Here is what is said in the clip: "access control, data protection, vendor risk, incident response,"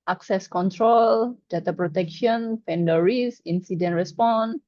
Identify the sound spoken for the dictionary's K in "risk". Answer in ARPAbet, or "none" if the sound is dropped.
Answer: none